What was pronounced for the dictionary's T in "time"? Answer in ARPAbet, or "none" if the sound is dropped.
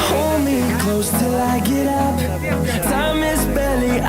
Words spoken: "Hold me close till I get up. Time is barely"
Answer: S